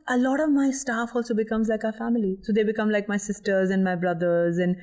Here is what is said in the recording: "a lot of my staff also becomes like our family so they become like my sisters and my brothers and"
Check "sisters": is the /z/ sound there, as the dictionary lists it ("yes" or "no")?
yes